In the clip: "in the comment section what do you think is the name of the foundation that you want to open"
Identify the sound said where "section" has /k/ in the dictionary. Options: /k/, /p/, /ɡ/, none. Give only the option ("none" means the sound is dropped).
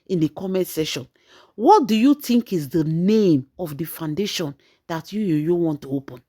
none